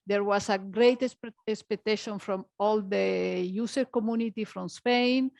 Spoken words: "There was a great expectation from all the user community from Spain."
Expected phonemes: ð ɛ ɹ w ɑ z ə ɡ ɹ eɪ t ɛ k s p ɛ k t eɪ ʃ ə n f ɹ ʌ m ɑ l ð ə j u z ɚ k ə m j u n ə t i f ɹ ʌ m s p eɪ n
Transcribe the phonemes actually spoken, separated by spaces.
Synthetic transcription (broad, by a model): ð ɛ ɹ w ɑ s ə ɡ ɹ eɪ t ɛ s s p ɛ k t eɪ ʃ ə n f ɹ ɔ m ɑ l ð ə j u s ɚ k ə m j u n ə t i f ɹ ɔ m s p eɪ n